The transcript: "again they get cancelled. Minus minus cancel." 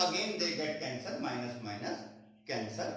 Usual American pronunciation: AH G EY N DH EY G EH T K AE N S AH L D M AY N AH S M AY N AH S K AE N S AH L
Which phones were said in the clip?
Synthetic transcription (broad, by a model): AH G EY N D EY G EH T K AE N S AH D M AY N AH S M AY N AH S K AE N S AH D